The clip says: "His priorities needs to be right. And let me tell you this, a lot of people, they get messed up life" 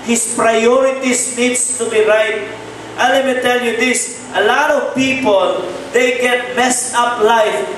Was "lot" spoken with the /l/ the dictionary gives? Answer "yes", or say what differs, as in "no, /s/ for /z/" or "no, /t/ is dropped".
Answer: yes